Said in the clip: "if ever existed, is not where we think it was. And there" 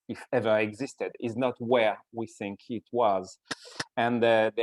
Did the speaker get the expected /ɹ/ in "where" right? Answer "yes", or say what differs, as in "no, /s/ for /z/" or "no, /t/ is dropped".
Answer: yes